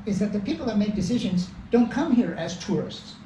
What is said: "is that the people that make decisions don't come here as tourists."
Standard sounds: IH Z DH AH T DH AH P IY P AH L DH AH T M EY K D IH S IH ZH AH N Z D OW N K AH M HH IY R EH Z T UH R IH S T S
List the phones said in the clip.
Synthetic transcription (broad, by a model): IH Z DH AH T DH AH P IY P L DH AH T M EY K D IH S IH ZH AH N Z D OW N K AH M HH IY R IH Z T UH R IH S T S